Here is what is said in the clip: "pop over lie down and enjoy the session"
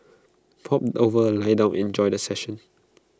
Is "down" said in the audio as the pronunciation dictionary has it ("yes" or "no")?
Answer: no